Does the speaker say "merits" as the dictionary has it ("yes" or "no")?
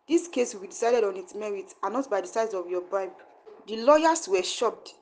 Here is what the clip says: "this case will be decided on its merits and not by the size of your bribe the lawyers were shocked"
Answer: no